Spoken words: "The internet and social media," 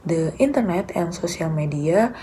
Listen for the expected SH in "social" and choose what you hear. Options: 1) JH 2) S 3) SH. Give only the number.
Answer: 2